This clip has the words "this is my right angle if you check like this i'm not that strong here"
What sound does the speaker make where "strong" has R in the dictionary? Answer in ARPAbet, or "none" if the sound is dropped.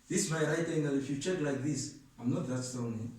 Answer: none